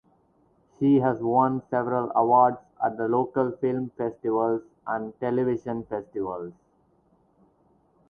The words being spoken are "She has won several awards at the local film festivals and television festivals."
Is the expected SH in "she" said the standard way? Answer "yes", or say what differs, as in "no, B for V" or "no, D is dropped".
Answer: yes